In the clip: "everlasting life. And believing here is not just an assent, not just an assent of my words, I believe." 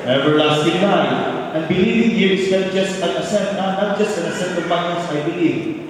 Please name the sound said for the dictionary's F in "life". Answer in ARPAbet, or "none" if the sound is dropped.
none